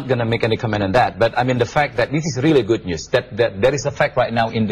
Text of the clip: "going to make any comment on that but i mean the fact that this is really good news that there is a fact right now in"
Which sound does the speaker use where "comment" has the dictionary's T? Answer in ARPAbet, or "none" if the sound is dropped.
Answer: none